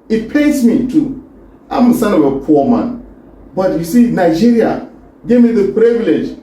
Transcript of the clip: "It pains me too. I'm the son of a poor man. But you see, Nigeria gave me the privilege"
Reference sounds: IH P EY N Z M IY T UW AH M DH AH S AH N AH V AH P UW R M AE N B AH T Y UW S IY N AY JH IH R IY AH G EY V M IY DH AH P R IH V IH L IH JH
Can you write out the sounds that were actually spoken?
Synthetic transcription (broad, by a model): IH P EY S M IY T UW AH M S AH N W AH P AH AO M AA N B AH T Y UW S IY N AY JH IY R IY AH G EY V M IY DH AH P R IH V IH L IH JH